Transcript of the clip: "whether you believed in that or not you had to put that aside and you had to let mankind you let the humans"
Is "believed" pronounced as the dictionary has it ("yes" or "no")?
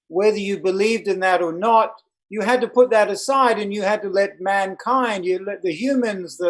yes